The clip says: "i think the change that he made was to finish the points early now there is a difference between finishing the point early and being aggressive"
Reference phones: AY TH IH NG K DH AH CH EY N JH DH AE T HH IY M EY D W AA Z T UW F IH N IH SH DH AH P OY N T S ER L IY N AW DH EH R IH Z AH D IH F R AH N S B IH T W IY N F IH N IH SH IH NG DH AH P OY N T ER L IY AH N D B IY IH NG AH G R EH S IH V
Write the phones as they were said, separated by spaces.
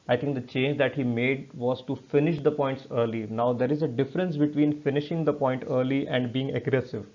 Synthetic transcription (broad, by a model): AY T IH NG K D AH CH EY N JH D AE T HH IY M EY D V AA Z T UW F IH N IH SH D AH P OY N T S ER L IY N AW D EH R IH Z AH D IH F R AH N S B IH T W IY N F IH N IH SH IH NG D AH P OY N T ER L IY AH N D B IY IH NG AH G R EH S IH V